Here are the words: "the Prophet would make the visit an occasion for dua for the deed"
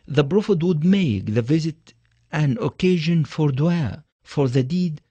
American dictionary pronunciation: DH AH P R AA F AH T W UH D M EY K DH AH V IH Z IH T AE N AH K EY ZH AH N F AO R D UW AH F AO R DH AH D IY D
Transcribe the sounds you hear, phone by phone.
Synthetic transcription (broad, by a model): DH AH B R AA F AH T W UH D M EY K DH AH V IH Z IH T AE N AH K EY ZH AH N F AO R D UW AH F AO R DH AH D IY D